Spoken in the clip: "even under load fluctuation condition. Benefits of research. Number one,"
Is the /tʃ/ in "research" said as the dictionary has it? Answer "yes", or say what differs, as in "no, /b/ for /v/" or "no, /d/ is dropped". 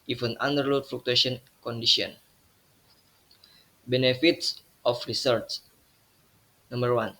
no, /s/ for /tʃ/